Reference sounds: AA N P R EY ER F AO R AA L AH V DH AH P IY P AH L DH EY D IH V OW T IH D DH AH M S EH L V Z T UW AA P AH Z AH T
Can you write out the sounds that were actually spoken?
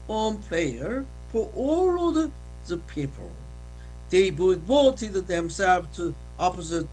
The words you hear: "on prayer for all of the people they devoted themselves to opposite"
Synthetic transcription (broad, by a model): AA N P L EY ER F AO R AA L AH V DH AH P IY P AH L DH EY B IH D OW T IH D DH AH M S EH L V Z T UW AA P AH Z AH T